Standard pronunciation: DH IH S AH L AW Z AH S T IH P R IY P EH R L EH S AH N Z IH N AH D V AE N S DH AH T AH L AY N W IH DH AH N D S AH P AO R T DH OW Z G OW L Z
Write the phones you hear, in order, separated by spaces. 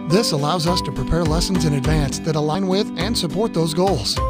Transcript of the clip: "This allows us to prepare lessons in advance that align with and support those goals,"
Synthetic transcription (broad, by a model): DH IH S AH L AW Z AH S T IH P R IY P EH R L EH S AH N Z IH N AH D V AE N S DH AH T AH L AY N W IH DH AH N S AH P AO R T DH OW Z G OW L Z